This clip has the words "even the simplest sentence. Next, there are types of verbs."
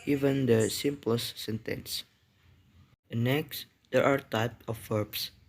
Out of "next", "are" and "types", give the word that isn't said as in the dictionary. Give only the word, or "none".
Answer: types